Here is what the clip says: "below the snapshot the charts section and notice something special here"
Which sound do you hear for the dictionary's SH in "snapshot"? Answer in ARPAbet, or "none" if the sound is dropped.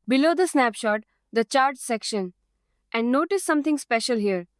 SH